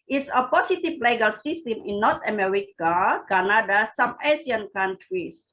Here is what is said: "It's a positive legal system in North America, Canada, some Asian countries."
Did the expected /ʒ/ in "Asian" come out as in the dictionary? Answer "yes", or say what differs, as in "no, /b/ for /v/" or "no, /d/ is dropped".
no, /s/ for /ʒ/